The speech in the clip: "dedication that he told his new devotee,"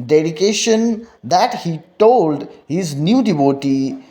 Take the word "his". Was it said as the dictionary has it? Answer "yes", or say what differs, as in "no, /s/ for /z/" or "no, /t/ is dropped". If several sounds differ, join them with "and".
yes